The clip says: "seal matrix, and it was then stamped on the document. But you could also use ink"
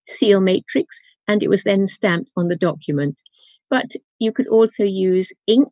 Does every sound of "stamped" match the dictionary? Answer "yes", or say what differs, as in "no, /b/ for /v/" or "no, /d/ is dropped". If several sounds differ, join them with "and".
yes